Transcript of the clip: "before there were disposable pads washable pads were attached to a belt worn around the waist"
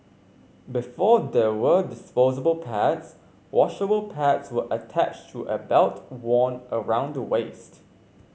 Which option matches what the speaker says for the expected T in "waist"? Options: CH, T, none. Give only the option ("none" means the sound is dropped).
T